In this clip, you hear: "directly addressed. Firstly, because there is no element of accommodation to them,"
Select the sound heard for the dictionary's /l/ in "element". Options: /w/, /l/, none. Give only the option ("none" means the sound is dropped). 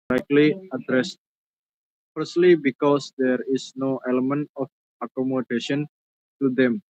/l/